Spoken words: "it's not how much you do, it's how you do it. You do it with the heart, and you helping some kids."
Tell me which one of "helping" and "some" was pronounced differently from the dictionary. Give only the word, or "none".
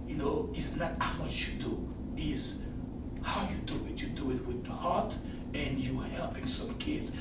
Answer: none